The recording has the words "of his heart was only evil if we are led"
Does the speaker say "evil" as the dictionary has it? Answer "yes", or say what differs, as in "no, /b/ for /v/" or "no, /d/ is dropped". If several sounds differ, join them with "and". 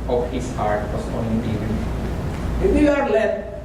no, /n/ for /l/